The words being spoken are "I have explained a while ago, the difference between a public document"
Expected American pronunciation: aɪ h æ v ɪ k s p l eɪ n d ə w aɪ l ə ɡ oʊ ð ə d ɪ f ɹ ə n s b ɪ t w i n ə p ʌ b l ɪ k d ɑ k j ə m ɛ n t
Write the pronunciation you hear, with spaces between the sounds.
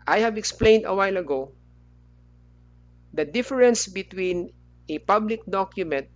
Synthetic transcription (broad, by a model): aɪ h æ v ɪ k s p l eɪ n d ə w aɪ l ə ɡ oʊ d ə d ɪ f ɹ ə n s b ɪ t w i n ə p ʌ b l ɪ k d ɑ k j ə m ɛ n t